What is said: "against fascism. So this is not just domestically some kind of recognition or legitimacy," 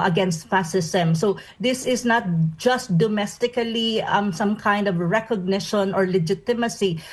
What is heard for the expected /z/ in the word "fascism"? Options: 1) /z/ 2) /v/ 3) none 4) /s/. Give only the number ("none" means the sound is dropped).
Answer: 4